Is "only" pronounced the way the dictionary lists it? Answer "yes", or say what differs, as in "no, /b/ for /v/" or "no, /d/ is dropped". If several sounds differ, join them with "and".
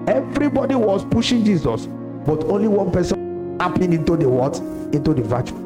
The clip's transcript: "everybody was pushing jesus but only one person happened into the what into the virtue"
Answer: yes